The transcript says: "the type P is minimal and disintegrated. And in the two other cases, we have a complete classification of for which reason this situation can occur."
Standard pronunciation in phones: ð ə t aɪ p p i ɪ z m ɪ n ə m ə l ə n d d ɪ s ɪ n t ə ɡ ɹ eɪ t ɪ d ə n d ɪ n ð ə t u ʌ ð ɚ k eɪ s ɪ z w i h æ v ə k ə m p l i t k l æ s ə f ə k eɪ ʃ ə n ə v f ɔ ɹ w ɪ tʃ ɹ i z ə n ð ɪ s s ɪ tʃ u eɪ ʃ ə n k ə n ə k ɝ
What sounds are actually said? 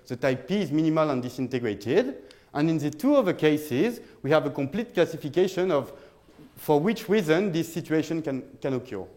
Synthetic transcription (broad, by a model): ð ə t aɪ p p i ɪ z m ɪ n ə m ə l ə n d d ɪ s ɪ n t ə ɡ ɹ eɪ t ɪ d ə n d ɪ n ð ə t u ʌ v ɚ k eɪ s ɪ z w i h æ v ə k ə m p l i t k l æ s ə f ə k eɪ ʃ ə n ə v f ɔ ɹ w ɪ tʃ ɹ i z ə n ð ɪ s s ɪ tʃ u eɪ ʃ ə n k ə n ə k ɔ